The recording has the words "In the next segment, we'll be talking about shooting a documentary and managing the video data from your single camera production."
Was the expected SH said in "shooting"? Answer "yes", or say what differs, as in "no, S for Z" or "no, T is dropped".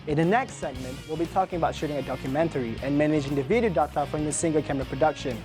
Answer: yes